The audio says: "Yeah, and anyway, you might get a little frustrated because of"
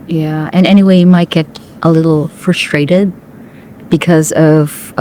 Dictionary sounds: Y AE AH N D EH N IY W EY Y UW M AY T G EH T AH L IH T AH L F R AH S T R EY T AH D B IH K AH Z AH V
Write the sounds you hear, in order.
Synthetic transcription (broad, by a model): Y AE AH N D EH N IY W EY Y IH M AY T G EH T AH L IH T L F R AH S T R EY T AH D B IH K AH Z AH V